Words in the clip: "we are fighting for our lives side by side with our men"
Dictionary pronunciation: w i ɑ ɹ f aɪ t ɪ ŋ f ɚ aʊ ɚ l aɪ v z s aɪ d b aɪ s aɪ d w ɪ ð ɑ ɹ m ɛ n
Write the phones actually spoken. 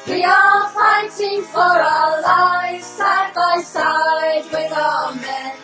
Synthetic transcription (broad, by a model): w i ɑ l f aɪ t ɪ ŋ f ɚ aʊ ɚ l aɪ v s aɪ b aɪ s aɪ d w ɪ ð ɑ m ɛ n